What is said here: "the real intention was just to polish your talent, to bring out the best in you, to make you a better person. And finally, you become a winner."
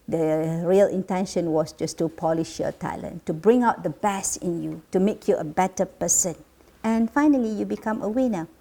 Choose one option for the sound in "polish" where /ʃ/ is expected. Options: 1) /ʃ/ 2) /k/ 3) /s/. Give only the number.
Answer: 1